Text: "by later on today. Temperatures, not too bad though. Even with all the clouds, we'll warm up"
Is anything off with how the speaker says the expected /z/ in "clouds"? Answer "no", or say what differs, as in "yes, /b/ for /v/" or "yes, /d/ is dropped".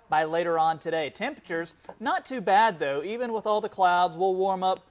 no